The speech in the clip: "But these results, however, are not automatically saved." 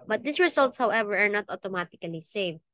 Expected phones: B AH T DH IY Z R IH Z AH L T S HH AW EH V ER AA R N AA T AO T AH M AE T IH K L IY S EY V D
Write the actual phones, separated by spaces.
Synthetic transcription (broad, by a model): B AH T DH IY S R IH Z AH L T S HH AW EH V ER AA R N AA T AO T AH M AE T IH K L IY S EY V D